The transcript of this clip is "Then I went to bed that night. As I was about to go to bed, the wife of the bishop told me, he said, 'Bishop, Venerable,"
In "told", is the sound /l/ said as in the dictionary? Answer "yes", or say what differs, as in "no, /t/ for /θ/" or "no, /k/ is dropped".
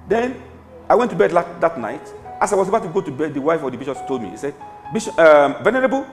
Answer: yes